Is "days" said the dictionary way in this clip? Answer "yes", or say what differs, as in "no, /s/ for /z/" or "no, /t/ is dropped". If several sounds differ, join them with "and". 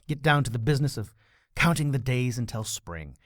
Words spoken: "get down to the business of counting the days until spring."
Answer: yes